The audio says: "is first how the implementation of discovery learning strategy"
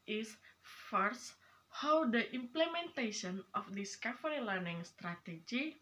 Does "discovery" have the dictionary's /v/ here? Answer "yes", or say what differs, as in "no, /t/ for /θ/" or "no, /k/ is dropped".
no, /f/ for /v/